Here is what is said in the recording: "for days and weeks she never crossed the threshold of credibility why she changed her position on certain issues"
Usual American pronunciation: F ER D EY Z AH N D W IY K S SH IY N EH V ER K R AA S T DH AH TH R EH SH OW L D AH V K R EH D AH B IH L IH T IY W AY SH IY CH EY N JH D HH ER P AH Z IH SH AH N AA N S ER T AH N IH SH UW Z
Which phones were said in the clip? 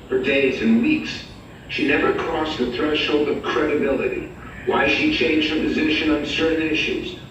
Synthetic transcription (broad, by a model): F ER D EY Z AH N W IY K S SH IY N EH V ER K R AA S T DH AH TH R EH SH OW L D AH V K R EH D AH B IH L IH T IY W AY SH IY CH EY N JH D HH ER P AH Z IH SH AH N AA N S ER T N IH SH UW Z